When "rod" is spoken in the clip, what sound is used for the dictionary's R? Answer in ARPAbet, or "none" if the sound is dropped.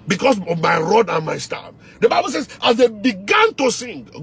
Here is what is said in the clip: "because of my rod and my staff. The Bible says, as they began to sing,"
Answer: R